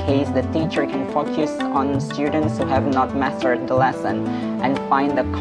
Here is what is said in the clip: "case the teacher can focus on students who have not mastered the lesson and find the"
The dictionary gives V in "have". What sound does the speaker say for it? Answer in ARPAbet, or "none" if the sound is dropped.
V